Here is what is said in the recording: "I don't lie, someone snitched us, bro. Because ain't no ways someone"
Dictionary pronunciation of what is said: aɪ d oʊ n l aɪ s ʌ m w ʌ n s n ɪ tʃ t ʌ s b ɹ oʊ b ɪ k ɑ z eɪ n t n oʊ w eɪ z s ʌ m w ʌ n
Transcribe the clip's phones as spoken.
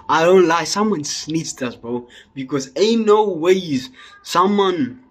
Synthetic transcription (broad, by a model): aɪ d oʊ n l aɪ s ʌ m w ʌ n s n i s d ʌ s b oʊ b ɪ k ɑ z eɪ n n oʊ w eɪ z s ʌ m w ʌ n